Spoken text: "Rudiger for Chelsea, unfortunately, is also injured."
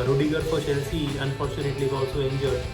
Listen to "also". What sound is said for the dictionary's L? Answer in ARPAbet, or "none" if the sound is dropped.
none